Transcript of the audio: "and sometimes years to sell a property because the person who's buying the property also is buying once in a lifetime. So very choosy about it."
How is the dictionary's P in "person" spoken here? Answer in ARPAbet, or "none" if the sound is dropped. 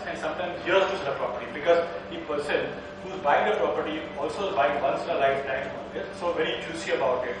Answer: P